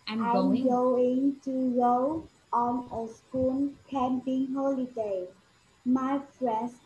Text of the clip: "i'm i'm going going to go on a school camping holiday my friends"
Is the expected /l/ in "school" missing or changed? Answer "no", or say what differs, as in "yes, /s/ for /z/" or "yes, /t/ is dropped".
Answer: yes, /n/ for /l/